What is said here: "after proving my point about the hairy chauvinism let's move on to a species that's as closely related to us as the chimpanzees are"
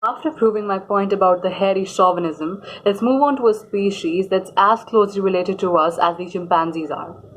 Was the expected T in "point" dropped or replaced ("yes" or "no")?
no